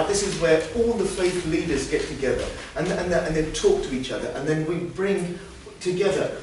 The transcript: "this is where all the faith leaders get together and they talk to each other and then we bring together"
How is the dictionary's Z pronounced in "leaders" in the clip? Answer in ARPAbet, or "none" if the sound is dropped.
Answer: Z